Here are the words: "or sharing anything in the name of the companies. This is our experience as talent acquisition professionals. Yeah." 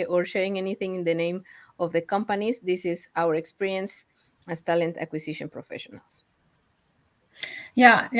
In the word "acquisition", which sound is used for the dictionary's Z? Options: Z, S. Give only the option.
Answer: S